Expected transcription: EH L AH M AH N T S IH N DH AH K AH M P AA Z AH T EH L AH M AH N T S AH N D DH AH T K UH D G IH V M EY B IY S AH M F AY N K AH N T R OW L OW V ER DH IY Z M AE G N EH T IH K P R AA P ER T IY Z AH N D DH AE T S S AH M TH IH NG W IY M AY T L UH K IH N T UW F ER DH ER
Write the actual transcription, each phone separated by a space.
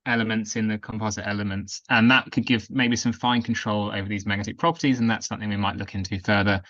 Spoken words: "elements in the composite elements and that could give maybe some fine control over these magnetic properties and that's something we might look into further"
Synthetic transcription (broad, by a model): EH L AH M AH N T S IH N DH AH K AH M P AA Z AH T EH L AH M AH N T S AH N DH AH T K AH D G IH V M EY B IY S AH M F AY N K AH N T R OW L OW V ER DH IY Z M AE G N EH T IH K P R AA P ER T IY Z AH N DH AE T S S AH M TH IH NG W IY M AY T L UH K IH N T UW F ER DH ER